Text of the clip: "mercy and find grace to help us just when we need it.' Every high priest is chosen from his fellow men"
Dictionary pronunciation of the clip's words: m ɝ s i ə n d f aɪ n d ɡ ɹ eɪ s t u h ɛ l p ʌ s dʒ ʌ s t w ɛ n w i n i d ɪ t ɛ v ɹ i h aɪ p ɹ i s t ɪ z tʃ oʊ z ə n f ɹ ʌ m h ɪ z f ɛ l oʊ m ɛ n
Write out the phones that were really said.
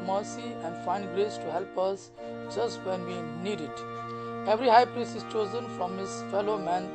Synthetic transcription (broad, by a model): m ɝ s i ə n d f aɪ n d ɡ ɹ eɪ s t u h ɛ l p ʌ s dʒ ʌ s t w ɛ n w i n i d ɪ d ɛ v ɹ i h aɪ p ɹ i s ɪ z tʃ oʊ z ə n f ɹ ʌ m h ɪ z f ɛ l oʊ m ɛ n